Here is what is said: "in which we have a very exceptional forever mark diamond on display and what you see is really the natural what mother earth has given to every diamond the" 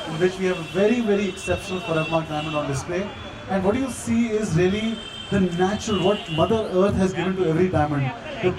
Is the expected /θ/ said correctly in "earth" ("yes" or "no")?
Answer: no